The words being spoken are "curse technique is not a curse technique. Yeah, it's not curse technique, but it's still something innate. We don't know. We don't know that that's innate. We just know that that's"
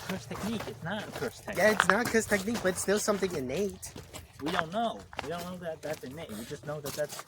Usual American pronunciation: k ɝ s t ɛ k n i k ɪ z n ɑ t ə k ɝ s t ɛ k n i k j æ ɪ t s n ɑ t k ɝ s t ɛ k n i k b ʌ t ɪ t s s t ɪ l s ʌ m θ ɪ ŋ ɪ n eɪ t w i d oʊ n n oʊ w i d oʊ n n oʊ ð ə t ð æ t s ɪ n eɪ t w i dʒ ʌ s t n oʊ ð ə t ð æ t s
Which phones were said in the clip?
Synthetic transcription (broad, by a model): k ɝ s t ɛ k n i k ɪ s n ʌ t ə k ɝ s t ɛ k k j æ ɪ t s n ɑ t k ɝ s t ɛ k n i k b ʌ t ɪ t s s t ɪ l s ʌ m θ ɪ ŋ ɪ n eɪ t w i d oʊ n n oʊ w i d oʊ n n oʊ ð ə t ð æ t s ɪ n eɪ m w i dʒ ʌ s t n oʊ ð ə t ð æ t s